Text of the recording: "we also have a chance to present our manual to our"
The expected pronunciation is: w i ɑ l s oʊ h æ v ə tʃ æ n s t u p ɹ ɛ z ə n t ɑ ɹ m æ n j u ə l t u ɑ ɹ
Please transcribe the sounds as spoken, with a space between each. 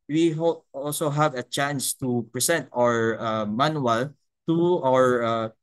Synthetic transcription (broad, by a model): w i ɑ l s oʊ h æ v ə tʃ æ n s t u p ɹ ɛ s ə n t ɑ ɹ m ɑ n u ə l t u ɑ ɹ